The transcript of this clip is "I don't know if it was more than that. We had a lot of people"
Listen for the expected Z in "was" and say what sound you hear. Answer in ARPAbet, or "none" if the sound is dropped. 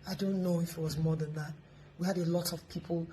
Z